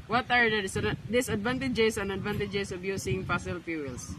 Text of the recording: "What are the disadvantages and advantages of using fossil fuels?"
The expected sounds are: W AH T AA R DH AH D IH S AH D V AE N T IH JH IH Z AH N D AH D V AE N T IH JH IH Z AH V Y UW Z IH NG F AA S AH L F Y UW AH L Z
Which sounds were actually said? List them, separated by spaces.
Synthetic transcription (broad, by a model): W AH T AA R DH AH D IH S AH D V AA N T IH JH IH S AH N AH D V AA N T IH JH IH S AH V Y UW S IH NG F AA S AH L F Y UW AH L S